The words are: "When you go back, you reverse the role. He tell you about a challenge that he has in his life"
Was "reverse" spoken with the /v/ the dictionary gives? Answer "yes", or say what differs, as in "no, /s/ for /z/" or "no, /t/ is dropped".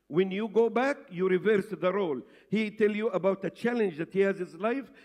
yes